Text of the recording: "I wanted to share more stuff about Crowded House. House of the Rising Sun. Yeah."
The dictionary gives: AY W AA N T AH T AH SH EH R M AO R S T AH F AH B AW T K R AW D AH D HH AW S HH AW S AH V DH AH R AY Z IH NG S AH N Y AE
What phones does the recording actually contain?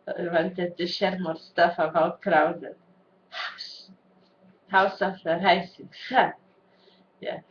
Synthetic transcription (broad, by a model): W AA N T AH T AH SH EH R M AO R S T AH F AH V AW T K R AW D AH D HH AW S HH AW S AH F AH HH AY S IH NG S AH Y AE